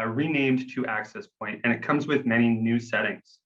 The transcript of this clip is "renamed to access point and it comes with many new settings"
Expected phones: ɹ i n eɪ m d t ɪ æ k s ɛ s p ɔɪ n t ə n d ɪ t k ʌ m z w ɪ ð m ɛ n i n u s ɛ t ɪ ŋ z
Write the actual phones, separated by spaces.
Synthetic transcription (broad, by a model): ɹ i n eɪ m t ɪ æ k s ɛ s p ɔɪ n t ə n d ɪ t k ʌ m z w ɪ ð m ɛ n i n u s ɛ t ɪ ŋ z